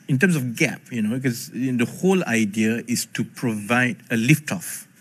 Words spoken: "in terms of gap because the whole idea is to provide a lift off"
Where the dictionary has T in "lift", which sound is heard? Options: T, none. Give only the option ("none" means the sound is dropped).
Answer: T